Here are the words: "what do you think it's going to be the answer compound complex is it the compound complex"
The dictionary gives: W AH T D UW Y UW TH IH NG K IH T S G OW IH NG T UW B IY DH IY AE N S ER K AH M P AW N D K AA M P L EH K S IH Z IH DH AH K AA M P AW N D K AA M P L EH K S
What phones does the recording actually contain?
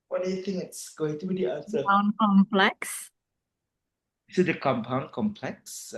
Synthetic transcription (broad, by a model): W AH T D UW Y UW T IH NG IH T S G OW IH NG T UW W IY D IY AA S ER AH P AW N K AA M P L EH K S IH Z IH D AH K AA M P AW N K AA M P L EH K S